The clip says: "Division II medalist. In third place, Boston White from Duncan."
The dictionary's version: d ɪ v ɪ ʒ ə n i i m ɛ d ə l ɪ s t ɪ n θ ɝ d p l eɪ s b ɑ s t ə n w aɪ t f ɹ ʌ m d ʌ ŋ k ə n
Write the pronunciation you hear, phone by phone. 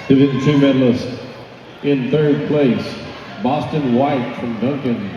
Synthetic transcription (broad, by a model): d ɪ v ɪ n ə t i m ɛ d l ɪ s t ɪ n θ ɝ d p l eɪ s b ɑ s t ə n w aɪ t f ɹ ʌ m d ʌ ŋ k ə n